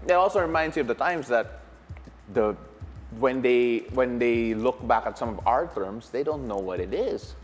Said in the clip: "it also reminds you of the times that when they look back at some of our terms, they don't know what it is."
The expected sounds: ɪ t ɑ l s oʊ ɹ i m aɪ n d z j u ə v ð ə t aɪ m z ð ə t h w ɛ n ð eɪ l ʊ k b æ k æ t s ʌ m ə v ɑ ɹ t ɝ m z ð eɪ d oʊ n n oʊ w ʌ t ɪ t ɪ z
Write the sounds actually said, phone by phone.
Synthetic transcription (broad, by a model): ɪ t ɑ l s oʊ ɹ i m aɪ n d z j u ə v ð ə t aɪ m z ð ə t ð w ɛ n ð eɪ l ʊ k b æ k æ t s ʌ m ə v ɑ ɹ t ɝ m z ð eɪ d oʊ n n oʊ w ʌ t ɪ t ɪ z